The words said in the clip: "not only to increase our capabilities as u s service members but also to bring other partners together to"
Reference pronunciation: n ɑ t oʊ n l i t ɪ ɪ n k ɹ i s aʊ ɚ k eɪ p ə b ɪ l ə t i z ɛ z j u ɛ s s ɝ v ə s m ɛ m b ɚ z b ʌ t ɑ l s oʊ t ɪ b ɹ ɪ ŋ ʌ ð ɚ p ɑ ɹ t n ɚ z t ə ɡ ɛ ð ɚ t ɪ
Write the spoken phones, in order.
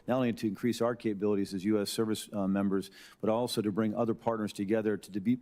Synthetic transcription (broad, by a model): n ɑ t oʊ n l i t ɪ ɪ n k ɹ i s aʊ ɚ k eɪ p ə b ɪ l ə t i z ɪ z j u ɛ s s ɝ v ə s m ɛ m b ɚ z b ʌ t ɑ l s oʊ t ɪ b ɹ ɪ ŋ ʌ ð ɚ p ɑ ɹ t n ɚ z t ə ɡ ɛ ð ɚ t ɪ